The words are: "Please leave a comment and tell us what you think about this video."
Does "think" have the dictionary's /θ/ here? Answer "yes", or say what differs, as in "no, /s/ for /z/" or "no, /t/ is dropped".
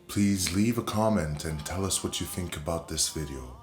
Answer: yes